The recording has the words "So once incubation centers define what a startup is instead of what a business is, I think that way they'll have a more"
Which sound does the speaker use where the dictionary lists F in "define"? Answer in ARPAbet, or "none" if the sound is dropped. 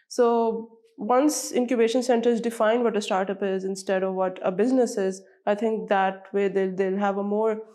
F